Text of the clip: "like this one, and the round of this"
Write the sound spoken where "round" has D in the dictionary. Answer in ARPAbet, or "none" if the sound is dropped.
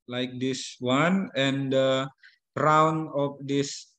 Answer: none